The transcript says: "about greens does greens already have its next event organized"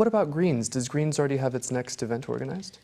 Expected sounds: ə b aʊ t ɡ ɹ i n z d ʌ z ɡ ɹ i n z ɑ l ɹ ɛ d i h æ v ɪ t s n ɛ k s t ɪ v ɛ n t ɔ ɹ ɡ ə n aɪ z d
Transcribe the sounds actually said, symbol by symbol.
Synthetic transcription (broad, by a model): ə b aʊ t ɡ ɹ i n z d ʌ z ɡ ɹ i n z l ɹ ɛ d i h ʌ v ɪ t s n ɛ k s t ɪ v ɛ n t ɔ ɹ ɡ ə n aɪ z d